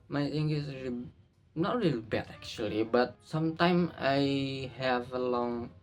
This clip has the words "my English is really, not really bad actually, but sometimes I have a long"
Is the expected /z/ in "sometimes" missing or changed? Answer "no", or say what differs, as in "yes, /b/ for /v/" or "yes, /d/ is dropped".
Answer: yes, /z/ is dropped